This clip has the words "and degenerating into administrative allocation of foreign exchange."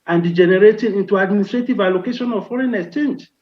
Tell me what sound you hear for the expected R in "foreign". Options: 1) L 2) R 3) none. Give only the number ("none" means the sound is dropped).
2